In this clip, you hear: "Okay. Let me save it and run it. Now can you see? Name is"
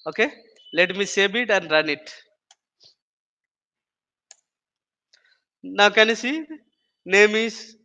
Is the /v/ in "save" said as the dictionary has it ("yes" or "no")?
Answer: no